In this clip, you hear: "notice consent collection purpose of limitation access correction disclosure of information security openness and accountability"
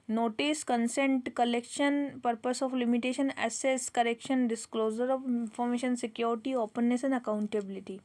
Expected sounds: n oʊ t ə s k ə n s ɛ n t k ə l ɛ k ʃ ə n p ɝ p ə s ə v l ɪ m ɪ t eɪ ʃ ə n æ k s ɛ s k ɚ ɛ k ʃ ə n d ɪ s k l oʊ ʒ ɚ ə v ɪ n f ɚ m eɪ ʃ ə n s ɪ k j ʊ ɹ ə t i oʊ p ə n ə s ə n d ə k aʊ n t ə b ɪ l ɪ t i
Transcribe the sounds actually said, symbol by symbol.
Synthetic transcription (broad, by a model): n oʊ t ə s k ə n s ɛ n t k ə l ɛ k ʃ ə n p ɝ p ə s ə f l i m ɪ t eɪ ʃ ə n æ s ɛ s k ɚ ɛ k ʃ ə n d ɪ s k l oʊ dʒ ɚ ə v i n f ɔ m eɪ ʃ ə n s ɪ k j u ɹ t i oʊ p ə n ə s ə n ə k aʊ n t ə b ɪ l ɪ t i